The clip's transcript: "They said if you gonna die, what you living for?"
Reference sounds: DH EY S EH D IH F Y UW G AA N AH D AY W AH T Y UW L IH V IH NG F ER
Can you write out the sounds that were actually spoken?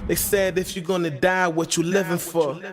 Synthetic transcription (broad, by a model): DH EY S EH D IH F Y UW G AA N AH D AY W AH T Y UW L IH V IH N F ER